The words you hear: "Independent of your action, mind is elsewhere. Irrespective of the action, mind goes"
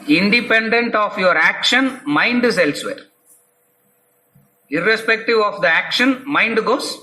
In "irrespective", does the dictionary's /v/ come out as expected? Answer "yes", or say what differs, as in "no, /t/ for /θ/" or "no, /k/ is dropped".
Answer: yes